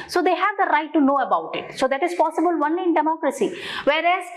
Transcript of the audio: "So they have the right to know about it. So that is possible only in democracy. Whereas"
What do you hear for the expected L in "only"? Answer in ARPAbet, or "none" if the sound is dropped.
none